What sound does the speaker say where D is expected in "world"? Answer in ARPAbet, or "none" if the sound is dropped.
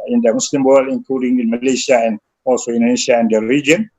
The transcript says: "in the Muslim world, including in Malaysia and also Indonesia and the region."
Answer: none